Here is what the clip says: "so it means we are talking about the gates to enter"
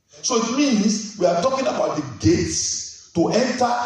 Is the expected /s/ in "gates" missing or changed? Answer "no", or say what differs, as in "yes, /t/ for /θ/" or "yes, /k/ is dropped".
no